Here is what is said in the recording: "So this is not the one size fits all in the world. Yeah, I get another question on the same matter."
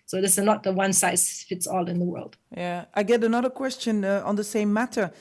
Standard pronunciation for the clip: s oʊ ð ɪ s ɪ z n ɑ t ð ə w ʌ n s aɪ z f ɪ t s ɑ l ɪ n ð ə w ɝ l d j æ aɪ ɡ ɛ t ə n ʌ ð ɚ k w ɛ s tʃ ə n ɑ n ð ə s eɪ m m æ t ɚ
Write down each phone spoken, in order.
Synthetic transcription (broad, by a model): s oʊ ð ɪ s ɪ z n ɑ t ð ə w ʌ n s aɪ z f ɪ t s ɑ l ɪ n ð ə w ɝ l d j æ aɪ ɡ ɛ t ə n ʌ ð ɚ k w ɛ s tʃ ə n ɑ n ð ə s eɪ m m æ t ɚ